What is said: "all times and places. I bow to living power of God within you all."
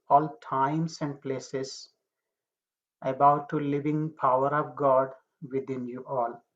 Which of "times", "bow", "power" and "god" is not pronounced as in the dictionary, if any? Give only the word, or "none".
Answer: times